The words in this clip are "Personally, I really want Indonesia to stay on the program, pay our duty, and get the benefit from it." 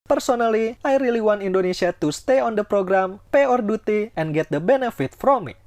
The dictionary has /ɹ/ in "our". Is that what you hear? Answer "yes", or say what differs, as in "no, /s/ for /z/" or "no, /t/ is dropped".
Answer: yes